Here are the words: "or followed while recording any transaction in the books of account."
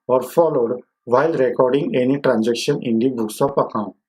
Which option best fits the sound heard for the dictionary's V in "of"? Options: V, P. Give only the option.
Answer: P